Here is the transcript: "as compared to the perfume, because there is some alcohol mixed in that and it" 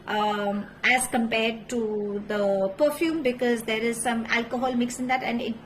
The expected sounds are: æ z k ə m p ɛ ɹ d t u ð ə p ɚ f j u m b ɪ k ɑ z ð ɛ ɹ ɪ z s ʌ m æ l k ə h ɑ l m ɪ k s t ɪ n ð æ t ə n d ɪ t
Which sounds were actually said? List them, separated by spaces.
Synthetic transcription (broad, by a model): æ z k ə m p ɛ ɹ d t u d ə p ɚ f j u m b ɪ k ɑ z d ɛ ɹ ɪ z s ʌ m æ l k ə h ɑ l m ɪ k s ɪ n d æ t ə n d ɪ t